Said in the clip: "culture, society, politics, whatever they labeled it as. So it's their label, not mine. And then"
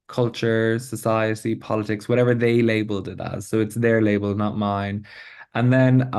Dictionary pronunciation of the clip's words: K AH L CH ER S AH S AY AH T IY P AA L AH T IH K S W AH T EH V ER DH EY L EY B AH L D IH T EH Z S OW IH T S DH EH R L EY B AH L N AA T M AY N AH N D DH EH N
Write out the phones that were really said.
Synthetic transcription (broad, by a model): K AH L CH ER S AH S AY AH T IY P AA L AH T IH K S W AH T EH V ER DH EY L EY B AH L D IH T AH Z S OW IH T S DH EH R L EY B AH L N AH T M AY N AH N DH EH N